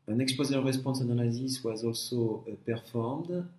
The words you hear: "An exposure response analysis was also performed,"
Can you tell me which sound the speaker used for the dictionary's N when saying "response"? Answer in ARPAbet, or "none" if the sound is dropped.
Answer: none